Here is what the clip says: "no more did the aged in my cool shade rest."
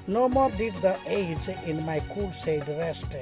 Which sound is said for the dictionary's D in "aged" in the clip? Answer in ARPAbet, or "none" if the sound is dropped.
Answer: none